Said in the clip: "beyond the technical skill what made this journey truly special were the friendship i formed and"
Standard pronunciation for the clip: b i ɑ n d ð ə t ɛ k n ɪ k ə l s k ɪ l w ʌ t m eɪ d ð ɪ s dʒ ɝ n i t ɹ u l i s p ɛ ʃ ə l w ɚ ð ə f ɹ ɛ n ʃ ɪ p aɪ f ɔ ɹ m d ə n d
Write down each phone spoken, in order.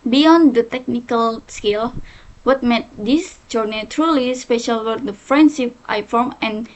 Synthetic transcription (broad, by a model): b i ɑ n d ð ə t ɛ k n ɪ k ə l s k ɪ l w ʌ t m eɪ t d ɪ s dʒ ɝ n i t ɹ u l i s p ɛ ʃ ə l w ɚ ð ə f ɹ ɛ n s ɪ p aɪ f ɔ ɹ m ə n